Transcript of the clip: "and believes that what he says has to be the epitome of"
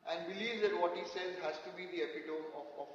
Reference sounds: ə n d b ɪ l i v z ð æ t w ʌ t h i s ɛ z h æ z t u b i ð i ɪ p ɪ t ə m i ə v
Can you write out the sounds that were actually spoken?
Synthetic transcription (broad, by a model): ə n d b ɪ l i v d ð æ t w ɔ t h i s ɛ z h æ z t u b i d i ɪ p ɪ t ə i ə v